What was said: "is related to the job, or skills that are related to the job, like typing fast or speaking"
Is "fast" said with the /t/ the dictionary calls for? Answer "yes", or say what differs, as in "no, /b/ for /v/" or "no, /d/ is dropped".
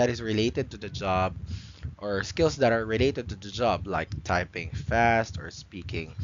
yes